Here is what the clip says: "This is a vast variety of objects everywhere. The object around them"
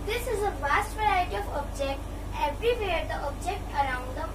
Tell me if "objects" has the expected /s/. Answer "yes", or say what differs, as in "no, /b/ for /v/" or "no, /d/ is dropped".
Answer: no, /s/ is dropped